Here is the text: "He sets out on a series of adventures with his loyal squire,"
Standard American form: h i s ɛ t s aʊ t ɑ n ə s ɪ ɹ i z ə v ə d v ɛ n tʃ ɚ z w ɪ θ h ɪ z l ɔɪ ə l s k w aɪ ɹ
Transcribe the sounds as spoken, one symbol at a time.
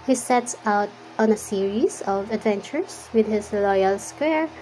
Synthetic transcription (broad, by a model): h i s ɛ t s aʊ t ɑ n ə s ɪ ɹ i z ə v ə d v ɛ n tʃ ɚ s w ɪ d h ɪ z l ɔɪ ə l s k w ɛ ɹ